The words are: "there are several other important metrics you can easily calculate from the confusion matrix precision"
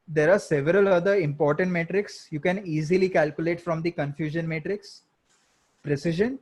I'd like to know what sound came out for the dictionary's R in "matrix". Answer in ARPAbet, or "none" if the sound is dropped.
R